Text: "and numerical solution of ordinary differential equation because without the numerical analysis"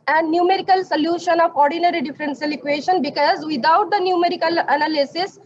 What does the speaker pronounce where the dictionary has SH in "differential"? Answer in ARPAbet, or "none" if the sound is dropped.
S